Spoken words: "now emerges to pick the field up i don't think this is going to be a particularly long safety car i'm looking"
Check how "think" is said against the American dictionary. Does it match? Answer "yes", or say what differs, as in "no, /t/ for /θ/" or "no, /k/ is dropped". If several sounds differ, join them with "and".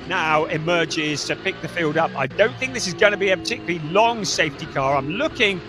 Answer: yes